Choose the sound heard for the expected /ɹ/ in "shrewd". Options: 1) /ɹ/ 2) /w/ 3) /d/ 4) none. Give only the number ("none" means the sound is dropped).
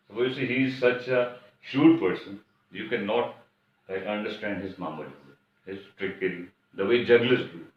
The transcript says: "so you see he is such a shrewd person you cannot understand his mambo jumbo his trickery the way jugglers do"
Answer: 4